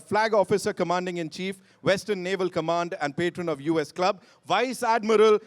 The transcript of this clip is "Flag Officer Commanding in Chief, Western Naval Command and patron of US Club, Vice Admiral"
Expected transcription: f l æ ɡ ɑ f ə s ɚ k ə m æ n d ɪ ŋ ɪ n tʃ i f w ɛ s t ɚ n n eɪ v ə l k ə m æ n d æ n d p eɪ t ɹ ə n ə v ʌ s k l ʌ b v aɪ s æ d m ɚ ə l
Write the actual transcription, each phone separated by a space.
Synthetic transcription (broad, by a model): f l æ ɡ ɑ f ə s ɚ k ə m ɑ n d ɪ ŋ ɪ n tʃ i f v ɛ s t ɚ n n eɪ v ə l k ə m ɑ n d æ n d p eɪ t ɹ ə n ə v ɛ s k l ʌ b v aɪ s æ d m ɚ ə l